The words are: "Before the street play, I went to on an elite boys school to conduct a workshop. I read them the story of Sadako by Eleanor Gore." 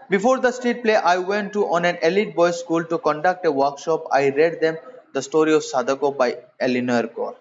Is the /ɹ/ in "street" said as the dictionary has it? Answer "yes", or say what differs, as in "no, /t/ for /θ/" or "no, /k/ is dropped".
no, /ɹ/ is dropped